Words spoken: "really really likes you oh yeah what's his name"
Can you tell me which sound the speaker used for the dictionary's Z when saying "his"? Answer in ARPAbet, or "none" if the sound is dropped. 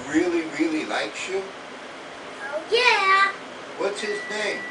Z